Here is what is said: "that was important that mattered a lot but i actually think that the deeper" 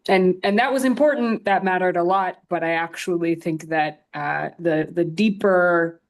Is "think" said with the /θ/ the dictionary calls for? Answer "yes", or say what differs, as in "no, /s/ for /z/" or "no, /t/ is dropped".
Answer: yes